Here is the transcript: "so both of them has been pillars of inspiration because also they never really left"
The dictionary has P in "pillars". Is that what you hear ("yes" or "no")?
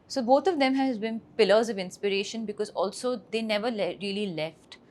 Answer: yes